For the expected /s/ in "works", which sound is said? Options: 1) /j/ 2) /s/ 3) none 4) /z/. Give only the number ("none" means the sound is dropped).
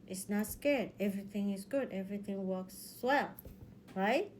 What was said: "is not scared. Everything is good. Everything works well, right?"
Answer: 2